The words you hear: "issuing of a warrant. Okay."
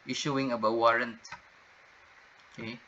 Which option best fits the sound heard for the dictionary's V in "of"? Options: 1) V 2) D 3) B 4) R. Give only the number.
3